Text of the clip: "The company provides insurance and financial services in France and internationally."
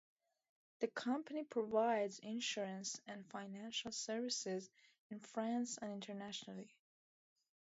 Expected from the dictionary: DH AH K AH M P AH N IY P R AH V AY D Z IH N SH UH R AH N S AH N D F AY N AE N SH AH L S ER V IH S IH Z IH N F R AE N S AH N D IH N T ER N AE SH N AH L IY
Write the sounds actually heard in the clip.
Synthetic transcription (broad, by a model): DH AH K AH M P AH N IY P R AH V AY D Z IH N SH UH R AH N S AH N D F AY N AE N SH AH L S ER V IH S IH Z IH N F R AE N S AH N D IH N T ER N AE SH N AH L IY